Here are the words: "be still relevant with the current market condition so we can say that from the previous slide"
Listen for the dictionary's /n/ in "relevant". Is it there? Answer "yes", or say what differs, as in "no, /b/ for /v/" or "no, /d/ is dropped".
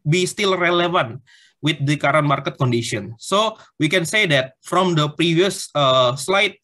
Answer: yes